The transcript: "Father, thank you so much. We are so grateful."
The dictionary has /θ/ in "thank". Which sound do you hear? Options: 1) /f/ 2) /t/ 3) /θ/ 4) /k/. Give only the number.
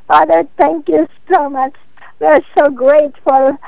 2